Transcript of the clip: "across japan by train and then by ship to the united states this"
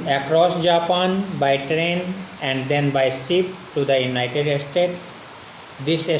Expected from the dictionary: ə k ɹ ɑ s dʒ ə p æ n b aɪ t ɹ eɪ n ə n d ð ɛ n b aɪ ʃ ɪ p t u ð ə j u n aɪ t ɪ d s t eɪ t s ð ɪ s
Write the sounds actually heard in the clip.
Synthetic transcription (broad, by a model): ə k ɹ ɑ s dʒ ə p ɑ n b aɪ t ɹ eɪ n ə n d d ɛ n b aɪ s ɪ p t u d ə j u n aɪ t ɪ d s t eɪ t s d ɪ s